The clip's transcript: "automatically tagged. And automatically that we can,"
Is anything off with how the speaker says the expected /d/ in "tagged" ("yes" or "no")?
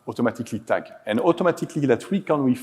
yes